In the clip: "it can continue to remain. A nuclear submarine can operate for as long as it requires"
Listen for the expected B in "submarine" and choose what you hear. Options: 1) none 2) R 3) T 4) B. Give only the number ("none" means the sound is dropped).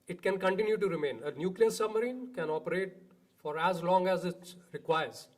4